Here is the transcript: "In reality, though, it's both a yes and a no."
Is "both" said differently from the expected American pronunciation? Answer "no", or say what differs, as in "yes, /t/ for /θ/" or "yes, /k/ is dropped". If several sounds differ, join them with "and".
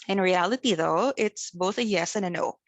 no